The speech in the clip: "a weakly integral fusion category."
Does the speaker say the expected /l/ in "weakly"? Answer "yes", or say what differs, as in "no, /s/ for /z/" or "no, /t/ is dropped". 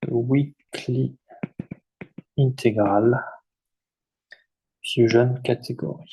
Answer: yes